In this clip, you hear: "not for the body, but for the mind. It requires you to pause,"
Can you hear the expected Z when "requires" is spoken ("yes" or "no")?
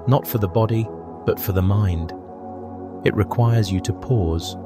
yes